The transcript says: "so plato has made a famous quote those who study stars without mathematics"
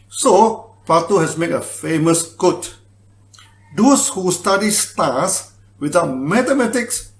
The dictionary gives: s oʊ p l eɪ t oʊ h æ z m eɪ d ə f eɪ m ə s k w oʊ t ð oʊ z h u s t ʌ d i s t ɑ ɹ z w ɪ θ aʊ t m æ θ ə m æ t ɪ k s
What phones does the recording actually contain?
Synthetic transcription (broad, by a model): s oʊ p ɑ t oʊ h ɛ s m eɪ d ə f eɪ m ə s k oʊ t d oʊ s h u s t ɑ d i s t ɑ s w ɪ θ aʊ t m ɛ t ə m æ t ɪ k s